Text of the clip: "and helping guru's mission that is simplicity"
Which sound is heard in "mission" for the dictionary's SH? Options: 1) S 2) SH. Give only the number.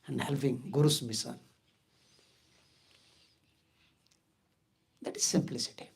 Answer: 1